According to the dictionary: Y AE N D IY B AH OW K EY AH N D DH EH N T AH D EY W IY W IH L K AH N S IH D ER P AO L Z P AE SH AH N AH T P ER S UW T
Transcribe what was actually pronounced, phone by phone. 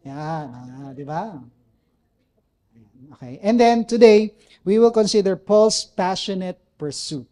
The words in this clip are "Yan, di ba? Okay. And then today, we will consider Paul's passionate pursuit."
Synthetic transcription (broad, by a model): Y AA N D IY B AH OW K EY AH N D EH N T AH D EY W IY W IH L K AH N S IH D ER P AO L S P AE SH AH N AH T P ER S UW T